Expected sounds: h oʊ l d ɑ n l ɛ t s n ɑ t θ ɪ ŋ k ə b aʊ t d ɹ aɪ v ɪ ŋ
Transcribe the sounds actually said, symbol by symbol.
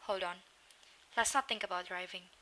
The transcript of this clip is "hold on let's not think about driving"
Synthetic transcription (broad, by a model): h oʊ l d ɑ n l ɛ t s n ɑ t θ ɪ ŋ k ə b aʊ t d ɹ aɪ v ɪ ŋ